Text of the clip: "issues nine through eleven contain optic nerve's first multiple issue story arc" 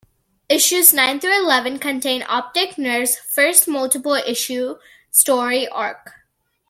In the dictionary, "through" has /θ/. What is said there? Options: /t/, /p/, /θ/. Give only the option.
/t/